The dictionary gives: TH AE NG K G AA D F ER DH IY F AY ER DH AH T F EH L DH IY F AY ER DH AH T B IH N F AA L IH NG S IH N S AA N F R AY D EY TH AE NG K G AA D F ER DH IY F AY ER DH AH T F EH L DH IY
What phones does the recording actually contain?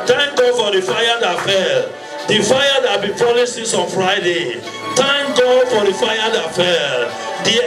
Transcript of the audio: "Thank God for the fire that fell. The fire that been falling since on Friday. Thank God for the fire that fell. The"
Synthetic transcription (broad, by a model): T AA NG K G AA D F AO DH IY F AY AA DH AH T F EH L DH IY F AY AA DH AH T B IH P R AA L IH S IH S AA N F R AY D EY T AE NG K G AA D F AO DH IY F AY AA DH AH T F EH L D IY